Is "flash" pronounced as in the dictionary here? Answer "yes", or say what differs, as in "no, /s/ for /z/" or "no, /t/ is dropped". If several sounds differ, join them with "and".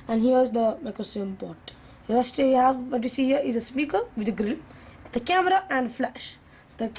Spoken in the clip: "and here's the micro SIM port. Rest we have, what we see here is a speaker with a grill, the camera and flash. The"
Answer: yes